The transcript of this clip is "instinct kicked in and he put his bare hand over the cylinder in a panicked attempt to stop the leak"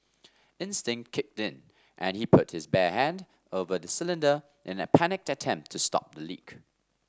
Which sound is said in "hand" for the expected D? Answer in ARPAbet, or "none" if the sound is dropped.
D